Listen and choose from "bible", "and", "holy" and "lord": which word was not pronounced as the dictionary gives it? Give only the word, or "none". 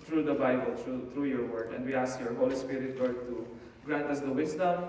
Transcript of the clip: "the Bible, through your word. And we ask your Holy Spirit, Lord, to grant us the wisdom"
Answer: lord